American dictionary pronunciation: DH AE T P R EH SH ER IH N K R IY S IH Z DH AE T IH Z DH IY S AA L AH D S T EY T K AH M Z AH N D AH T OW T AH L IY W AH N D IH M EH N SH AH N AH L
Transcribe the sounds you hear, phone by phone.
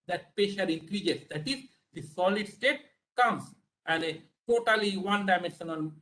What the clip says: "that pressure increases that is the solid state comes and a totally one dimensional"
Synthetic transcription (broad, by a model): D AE T P EH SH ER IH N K R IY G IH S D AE T IH Z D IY S AA L AH D S T EY T K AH M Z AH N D AH T OW T AH L IY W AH N D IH M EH N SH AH N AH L